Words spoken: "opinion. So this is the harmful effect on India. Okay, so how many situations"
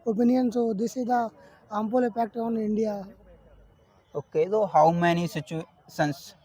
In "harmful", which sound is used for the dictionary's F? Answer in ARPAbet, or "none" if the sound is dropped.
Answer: P